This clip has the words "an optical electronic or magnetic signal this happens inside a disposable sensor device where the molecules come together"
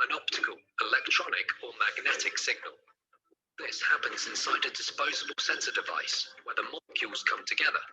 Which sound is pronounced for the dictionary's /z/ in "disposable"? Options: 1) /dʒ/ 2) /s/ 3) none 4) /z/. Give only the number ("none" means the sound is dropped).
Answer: 4